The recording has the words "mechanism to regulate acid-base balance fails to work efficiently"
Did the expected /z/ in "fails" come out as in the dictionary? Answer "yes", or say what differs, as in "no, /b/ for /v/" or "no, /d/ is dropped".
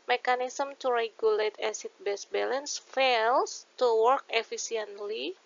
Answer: no, /s/ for /z/